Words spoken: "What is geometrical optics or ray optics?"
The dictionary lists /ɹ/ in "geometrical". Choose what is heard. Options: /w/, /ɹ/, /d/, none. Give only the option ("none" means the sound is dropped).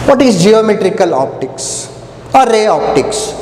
/ɹ/